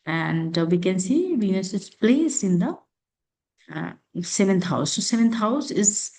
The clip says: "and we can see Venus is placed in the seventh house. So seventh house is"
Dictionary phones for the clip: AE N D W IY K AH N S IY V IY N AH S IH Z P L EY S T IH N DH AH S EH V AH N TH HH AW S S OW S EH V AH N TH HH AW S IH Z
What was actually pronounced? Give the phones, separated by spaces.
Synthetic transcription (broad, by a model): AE N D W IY K AH N S IY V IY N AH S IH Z P L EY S IH N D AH S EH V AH N T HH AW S S OW S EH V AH N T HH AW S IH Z